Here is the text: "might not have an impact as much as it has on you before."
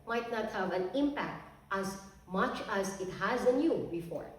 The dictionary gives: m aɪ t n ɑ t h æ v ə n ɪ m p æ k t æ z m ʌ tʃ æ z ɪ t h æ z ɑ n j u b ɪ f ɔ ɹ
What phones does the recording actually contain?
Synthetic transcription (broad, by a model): m aɪ t n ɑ t h æ v ə n ɪ m p æ k t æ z m ʌ tʃ æ z ɪ t h æ z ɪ n j u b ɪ f ɔ ɹ